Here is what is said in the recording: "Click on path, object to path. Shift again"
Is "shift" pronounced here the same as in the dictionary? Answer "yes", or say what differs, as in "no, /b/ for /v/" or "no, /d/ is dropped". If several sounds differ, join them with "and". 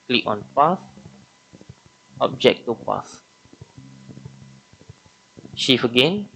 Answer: no, /t/ is dropped